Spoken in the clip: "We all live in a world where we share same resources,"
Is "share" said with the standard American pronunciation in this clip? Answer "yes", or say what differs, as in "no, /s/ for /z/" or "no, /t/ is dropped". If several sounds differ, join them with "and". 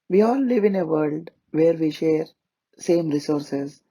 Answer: yes